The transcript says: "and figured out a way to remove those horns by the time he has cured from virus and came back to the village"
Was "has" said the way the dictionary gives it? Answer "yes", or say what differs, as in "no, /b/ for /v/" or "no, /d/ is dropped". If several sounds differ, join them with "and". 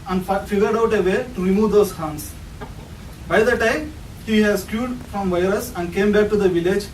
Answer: no, /s/ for /z/